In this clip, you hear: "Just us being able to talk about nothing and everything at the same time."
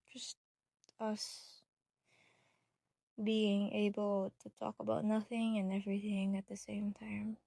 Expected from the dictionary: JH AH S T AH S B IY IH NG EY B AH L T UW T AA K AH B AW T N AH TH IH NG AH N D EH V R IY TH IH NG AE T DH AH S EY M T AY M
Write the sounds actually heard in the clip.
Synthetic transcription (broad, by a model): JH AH S T AH S B IY IH NG EY B AH L T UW T AA K AH B AW T N AH TH IH NG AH N EH V R IY TH IH NG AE T DH AH S EY M T AY M